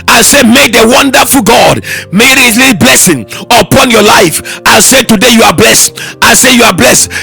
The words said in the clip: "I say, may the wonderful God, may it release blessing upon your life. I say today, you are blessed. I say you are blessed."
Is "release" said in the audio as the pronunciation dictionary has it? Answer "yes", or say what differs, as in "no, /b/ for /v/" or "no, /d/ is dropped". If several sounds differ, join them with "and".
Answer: no, /s/ is dropped